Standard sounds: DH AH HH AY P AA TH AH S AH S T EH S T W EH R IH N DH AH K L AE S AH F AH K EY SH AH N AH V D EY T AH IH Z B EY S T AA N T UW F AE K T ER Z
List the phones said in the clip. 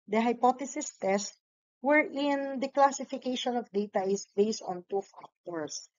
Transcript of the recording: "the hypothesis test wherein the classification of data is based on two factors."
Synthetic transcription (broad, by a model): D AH HH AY P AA T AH S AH S T EH S T W EH R IH N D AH K L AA S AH F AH K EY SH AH N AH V D EY T AH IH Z B EY S T AA N T UW F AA K T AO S